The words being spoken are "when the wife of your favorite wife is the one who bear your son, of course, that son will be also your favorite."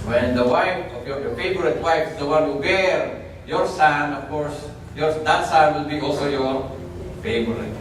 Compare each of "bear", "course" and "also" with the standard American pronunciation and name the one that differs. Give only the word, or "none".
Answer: none